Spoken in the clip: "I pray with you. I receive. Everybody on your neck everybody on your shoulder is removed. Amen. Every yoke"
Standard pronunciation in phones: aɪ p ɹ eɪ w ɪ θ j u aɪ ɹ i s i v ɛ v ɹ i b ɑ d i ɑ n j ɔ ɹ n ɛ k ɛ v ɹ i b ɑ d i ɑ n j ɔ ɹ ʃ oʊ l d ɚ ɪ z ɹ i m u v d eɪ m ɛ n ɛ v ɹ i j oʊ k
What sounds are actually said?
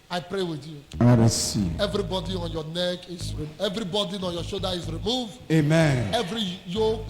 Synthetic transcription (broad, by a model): aɪ p ɹ eɪ w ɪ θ j u aɪ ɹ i s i ɛ v ɹ i b ɑ d i ɑ n j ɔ n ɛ k ɛ v ɹ i b ɑ d i ɑ n j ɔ ʃ oʊ d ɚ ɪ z ɹ i m u v d eɪ m ɛ n ɛ v ɹ i j oʊ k